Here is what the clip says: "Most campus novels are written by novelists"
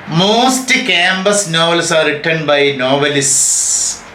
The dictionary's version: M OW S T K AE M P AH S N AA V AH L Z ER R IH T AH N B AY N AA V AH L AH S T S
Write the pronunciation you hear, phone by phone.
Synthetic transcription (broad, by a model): M OW S T K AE M B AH S N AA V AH L S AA R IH T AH N B AY N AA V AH L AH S S